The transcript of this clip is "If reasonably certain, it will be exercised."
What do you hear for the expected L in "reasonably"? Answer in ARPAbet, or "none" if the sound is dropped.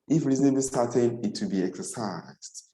none